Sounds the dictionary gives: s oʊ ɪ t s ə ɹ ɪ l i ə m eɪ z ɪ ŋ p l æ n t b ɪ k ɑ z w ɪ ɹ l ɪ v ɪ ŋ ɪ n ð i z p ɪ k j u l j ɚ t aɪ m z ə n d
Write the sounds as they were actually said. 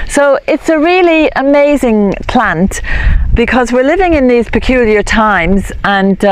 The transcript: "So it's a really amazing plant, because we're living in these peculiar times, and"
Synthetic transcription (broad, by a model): s oʊ ɪ t s ə ɹ ɪ l i ə m eɪ z ɪ ŋ p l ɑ n t b ɪ k ɑ z w ɪ ɹ l ɪ v ɪ ŋ ɪ n ð i z p ɪ k j u l j ɚ t aɪ m z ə n